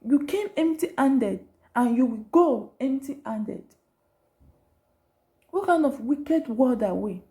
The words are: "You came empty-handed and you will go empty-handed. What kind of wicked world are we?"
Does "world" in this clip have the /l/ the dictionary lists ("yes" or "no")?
no